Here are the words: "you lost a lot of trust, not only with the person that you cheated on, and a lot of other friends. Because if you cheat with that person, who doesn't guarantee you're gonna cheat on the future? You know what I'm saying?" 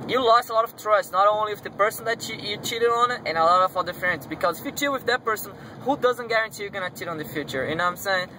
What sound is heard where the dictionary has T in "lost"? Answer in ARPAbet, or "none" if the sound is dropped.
none